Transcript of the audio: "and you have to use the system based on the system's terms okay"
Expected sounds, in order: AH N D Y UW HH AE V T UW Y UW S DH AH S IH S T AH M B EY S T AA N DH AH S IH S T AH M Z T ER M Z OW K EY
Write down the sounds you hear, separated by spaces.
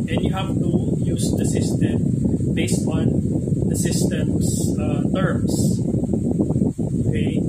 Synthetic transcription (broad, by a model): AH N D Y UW HH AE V T UW Y UW S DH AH S IH S T AH M B EY S T AA N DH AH S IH S T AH M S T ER M S OW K EY